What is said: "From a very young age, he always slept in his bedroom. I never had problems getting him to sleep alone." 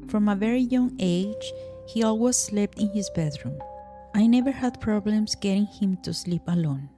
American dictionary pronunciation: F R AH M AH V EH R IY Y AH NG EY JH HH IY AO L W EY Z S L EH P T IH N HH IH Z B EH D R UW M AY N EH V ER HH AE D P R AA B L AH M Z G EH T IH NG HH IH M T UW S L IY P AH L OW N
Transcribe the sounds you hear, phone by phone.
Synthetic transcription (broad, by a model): F R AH M AH V EH R IY Y AH NG EY JH HH IY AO L W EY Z S L EH P T IH N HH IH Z B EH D R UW M AY N EH V ER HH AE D P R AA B L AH M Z G EH T IH NG HH IH M T UW S L IY P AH L OW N